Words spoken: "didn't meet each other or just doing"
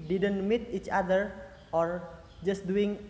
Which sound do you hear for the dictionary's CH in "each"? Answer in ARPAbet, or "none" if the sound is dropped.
CH